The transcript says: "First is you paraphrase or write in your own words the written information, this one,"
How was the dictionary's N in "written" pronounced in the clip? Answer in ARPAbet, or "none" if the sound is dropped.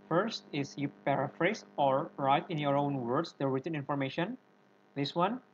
N